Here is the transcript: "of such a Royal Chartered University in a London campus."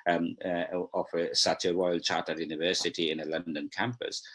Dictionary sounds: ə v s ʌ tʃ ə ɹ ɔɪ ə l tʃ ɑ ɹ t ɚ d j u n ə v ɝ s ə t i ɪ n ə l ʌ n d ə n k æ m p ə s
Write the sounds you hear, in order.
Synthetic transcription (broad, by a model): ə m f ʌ s ə w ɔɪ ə l tʃ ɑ t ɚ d j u n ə v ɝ s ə t i ɪ n ə l ʌ n d ə n k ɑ m p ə s